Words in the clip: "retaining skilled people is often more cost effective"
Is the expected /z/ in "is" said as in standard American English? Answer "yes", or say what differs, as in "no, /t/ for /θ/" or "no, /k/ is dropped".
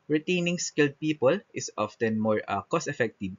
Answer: no, /s/ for /z/